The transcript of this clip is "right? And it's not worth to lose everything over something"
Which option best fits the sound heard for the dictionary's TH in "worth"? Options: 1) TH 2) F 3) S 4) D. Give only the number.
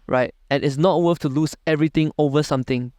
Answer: 2